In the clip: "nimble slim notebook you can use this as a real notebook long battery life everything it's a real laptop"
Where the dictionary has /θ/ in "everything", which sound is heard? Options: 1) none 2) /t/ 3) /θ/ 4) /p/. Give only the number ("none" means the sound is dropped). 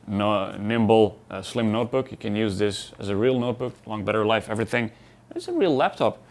3